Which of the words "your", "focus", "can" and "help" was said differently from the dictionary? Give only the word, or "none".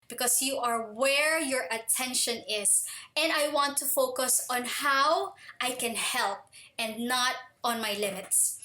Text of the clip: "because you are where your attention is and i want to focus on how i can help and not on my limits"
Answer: none